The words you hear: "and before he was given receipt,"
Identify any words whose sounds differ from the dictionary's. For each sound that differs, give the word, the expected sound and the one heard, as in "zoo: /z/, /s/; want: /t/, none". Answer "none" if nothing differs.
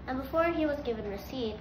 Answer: none